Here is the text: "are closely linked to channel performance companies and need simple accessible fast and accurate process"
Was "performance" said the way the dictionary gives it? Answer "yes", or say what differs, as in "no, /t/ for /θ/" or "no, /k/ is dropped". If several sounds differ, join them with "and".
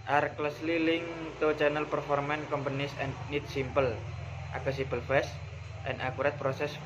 no, /s/ is dropped